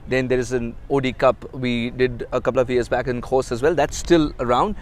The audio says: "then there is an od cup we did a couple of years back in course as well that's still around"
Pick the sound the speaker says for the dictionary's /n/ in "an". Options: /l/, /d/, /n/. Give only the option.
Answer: /n/